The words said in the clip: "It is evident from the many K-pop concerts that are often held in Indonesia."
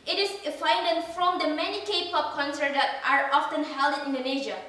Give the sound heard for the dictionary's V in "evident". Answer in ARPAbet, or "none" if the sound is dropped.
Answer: none